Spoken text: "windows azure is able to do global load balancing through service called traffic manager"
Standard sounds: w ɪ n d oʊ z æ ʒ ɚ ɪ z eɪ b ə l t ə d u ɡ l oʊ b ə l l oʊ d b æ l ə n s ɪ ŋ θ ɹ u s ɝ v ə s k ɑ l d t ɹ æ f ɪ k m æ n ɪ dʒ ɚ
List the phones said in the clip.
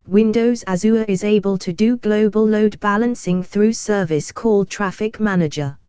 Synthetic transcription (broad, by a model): w ɪ n d oʊ z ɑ z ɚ ɪ z eɪ b ə l t ə d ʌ ɡ l oʊ b ə l l oʊ d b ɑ l ə n s ɪ ŋ θ ɹ u s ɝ v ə s k ɑ l d t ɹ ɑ f ɪ k m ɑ n ɪ dʒ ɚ